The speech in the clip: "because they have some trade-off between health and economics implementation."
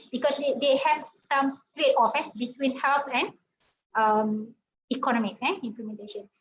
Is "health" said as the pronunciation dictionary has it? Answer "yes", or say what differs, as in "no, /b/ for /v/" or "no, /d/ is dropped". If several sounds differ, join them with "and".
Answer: no, /s/ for /θ/